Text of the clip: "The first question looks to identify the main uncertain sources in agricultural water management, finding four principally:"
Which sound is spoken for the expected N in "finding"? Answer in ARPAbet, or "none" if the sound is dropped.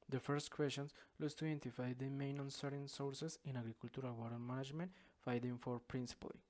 none